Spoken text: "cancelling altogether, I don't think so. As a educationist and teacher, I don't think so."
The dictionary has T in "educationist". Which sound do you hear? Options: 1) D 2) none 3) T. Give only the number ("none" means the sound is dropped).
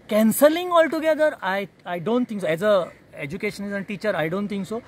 2